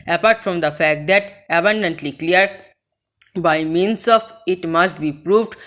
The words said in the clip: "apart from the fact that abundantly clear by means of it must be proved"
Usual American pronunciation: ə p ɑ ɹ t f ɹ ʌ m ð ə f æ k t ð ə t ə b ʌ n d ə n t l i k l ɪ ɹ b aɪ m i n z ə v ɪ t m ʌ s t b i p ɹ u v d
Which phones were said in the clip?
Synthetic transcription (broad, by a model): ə p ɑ ɹ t f ɹ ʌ m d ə f æ k t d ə t ə b ʌ n d ə n t l i k l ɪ ɹ b aɪ m i n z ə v ɪ t m ʌ s t b i p ɹ u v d